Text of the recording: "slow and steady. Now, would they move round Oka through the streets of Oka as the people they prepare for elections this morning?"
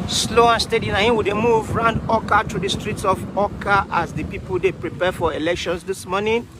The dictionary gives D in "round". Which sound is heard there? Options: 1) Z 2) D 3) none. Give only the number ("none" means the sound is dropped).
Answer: 2